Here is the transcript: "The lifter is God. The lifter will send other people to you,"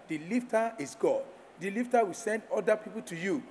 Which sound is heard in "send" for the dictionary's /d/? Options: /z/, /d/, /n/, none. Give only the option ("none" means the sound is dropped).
/d/